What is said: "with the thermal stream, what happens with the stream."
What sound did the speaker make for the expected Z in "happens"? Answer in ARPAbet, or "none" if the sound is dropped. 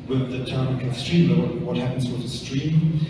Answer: Z